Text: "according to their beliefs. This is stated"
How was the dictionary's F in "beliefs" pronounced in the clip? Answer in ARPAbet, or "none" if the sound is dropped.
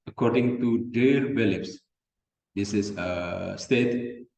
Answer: P